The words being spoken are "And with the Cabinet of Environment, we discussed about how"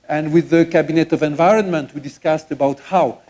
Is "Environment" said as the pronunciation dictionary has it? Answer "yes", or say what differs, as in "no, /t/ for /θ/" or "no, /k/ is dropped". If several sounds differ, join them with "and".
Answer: yes